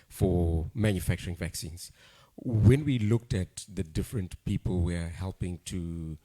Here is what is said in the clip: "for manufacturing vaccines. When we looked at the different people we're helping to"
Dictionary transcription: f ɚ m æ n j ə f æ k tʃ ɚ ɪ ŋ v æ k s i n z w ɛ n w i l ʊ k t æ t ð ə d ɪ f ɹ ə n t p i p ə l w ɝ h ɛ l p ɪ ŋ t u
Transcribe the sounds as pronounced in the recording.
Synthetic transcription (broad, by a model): f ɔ m æ n j ə f æ k tʃ ɚ ɪ ŋ v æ k s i n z w ɛ n w i l ʊ k t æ t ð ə d ɪ f ɹ ə n t p i p ə l w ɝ h ɛ l p ɪ ŋ t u